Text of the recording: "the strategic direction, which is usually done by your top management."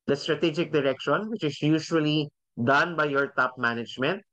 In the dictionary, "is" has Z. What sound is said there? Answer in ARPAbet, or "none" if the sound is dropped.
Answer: S